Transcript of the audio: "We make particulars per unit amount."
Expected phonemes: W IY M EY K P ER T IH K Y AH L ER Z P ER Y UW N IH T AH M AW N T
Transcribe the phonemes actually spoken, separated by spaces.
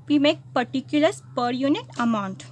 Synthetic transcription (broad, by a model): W IY M EY K P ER T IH K Y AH L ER S P ER Y UW N IH T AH M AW N T